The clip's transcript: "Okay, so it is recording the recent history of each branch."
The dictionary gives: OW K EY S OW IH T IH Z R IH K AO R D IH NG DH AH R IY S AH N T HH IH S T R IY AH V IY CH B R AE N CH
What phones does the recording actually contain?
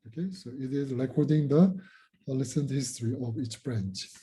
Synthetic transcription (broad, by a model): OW K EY S OW IH T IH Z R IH K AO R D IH NG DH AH L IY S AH N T HH IH S T R IY AH V IY CH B R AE N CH